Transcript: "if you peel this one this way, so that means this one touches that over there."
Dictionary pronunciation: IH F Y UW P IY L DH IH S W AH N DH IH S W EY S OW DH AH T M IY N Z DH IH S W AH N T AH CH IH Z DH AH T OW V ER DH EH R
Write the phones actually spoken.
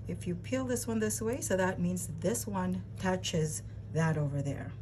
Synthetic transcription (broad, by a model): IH F Y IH P IY L DH IH S W AH N DH IH S W EY S OW DH AH T M IY N Z DH IH S W AH N T AH CH IH Z DH AH T OW V ER DH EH R